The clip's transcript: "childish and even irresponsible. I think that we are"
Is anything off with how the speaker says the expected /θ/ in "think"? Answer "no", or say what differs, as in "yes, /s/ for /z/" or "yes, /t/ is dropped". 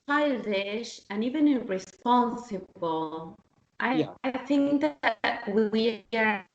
no